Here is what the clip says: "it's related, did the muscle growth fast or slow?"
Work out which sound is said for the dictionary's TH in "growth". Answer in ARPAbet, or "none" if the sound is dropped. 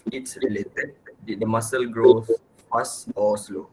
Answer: S